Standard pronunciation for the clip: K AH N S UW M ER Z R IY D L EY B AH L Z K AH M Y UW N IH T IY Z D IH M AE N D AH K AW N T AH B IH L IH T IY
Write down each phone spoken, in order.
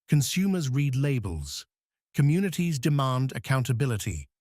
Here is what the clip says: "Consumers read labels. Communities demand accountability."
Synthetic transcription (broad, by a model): K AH N S UW M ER Z R IY D L EY B AH L Z K AH M Y UW N IH T IY Z D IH M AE N D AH K AW N T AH B IH L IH T IY